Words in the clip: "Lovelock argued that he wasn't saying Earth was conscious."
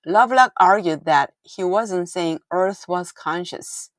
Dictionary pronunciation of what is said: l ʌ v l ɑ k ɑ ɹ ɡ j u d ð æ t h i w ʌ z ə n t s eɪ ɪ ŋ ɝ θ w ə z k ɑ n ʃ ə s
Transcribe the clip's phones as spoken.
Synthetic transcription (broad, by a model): l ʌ v l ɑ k ɑ ɹ ɡ j u d ð æ t h i w ʌ z ə n t s eɪ ɪ ŋ ɝ θ w ə z k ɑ n ʃ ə s